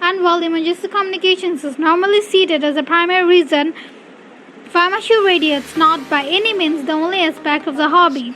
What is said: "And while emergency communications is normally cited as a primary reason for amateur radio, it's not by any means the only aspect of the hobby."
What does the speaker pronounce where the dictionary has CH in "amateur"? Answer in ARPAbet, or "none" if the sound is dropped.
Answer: SH